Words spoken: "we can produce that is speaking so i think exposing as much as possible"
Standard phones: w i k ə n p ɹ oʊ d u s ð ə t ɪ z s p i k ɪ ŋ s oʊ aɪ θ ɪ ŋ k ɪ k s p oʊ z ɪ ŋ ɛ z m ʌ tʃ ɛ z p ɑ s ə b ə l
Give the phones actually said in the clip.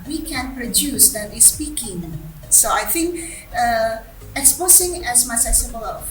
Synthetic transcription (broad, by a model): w i k ə n p ɹ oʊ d u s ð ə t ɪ s p i k ɪ ŋ s oʊ aɪ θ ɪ ŋ k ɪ k s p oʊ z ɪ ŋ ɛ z m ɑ s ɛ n s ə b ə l